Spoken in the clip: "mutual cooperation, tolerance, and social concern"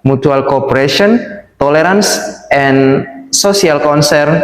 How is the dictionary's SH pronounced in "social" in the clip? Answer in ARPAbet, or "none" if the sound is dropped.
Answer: S